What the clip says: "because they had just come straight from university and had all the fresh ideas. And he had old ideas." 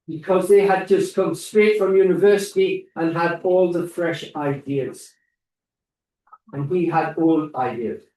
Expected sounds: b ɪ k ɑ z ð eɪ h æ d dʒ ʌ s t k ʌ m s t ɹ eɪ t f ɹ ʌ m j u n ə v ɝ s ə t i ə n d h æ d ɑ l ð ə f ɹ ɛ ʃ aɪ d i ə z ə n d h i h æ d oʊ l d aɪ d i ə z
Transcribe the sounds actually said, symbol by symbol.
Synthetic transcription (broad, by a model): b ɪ k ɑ z ð eɪ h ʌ d dʒ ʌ s k ʌ m s t ɹ eɪ t f ɹ ʌ m j u n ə v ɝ s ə t i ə n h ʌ d ɑ l ð ə f ɹ ɛ ʃ aɪ d i ə z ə n h i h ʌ d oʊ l aɪ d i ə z